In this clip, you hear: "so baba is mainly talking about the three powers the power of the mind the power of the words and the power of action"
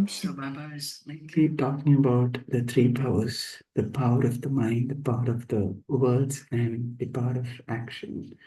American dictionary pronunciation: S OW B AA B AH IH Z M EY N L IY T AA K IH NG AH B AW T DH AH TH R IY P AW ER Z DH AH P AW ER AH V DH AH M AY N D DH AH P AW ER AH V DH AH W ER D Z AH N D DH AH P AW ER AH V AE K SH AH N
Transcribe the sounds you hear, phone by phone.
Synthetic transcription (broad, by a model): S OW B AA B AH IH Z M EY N L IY T AA K IH NG AH B AW T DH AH T R IY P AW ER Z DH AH P AW ER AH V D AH M AY N D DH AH P AW ER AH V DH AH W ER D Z AH N D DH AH P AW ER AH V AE K SH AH N